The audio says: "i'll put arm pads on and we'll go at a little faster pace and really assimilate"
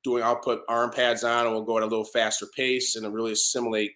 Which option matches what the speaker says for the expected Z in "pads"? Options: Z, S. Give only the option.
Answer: Z